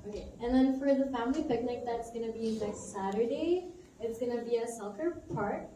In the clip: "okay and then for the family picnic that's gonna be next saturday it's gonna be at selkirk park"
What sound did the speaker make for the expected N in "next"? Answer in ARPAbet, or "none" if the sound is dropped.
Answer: L